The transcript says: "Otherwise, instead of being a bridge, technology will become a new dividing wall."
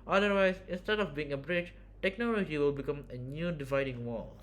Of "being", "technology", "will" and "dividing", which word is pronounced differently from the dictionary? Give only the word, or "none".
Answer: none